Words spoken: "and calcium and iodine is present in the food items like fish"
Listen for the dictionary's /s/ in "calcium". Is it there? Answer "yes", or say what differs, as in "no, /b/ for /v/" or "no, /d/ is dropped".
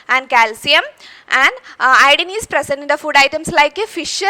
yes